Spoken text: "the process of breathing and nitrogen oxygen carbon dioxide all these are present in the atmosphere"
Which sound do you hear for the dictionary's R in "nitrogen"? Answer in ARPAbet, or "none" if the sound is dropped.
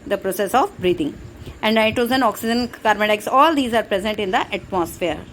none